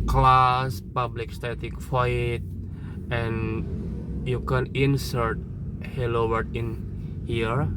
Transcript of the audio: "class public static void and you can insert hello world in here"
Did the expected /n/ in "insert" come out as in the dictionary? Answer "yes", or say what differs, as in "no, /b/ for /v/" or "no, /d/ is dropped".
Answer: yes